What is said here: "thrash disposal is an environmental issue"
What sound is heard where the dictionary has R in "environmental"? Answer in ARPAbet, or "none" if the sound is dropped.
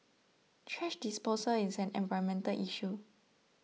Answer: none